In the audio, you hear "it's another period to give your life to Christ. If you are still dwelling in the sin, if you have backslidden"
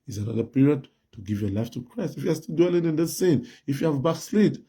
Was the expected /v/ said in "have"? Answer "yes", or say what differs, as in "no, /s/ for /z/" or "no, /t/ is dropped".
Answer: yes